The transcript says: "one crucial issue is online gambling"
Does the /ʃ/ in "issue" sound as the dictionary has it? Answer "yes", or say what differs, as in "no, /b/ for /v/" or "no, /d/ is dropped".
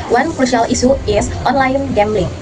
no, /s/ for /ʃ/